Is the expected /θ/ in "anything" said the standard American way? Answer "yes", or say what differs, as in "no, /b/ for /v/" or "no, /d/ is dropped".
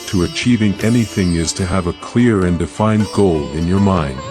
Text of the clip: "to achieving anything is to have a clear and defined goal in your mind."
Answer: yes